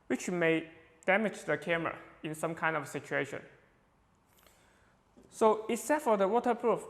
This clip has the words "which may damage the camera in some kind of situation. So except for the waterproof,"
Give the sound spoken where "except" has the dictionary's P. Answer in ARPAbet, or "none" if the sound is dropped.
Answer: none